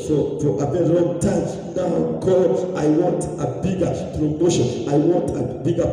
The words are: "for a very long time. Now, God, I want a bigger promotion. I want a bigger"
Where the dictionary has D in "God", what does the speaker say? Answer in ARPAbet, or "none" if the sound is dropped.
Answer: none